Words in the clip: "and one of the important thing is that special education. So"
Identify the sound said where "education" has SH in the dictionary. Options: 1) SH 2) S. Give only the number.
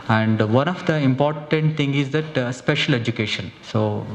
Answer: 1